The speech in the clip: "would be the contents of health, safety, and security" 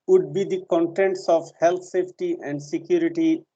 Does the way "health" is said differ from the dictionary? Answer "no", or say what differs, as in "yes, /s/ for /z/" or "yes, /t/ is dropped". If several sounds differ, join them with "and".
yes, /t/ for /θ/